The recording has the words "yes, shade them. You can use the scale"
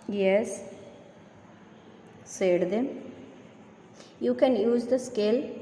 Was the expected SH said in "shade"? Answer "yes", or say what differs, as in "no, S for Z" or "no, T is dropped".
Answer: no, S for SH